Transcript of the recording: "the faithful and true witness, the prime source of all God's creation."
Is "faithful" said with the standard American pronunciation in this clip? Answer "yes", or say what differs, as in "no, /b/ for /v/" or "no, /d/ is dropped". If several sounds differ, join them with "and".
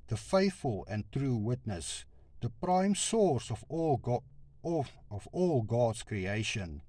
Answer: yes